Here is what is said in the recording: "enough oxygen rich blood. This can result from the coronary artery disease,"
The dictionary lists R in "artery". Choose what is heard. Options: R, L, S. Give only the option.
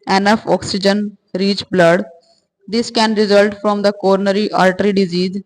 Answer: L